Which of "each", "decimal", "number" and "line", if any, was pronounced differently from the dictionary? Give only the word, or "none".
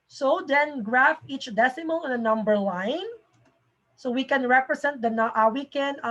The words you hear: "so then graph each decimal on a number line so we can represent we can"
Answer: none